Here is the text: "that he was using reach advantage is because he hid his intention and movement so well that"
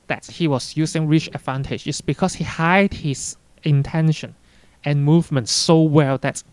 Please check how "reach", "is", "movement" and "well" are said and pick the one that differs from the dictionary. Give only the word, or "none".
is